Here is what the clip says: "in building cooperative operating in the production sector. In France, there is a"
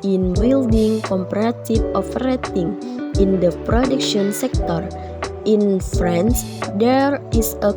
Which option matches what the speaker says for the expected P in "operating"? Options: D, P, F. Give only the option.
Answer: F